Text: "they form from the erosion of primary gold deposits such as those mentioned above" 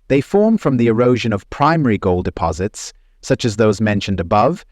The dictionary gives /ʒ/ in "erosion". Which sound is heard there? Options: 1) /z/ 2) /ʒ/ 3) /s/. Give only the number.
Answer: 2